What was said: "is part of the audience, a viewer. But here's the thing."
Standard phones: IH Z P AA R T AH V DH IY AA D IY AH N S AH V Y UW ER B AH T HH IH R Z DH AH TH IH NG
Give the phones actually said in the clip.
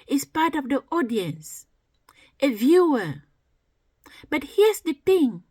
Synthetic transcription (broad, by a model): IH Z P AA R T AH V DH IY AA D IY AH N S AH V Y UW ER B AH T HH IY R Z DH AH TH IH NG